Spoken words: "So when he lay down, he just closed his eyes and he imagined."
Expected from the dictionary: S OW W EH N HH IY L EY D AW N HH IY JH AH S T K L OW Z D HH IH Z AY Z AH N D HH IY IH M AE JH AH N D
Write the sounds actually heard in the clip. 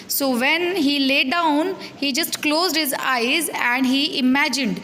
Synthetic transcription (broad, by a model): S OW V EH N HH IY L EY D AW N HH IY JH AH S T K L OW Z D HH IH Z AY Z AH N D HH IY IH M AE JH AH N D